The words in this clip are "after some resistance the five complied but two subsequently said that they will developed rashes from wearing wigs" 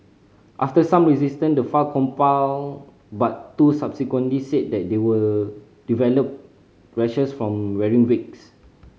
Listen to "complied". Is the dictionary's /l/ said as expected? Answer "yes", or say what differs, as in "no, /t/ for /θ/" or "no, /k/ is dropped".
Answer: no, /l/ is dropped